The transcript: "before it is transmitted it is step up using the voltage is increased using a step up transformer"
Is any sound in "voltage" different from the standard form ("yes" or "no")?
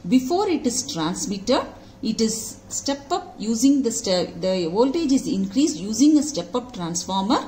no